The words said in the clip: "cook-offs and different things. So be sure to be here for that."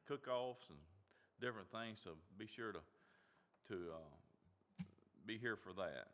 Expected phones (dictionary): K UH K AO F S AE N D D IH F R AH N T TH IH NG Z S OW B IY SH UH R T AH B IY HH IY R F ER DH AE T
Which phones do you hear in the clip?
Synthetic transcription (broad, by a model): K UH K AO F S N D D IH F R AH N TH IH NG Z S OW B IY SH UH R T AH B IY HH IY R F ER DH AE T